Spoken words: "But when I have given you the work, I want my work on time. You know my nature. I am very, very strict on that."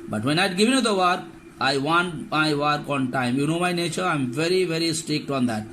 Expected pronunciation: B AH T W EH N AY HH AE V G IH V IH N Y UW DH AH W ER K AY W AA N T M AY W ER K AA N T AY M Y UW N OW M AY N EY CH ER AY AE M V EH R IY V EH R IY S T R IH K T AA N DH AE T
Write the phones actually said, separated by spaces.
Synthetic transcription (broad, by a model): B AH T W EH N AY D G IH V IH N Y UW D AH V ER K AY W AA N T M AY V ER K AA N T AY M Y UW N OW M AY N EY CH ER AY M V EH R IY V EH R IY S T R IH K T AA N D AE T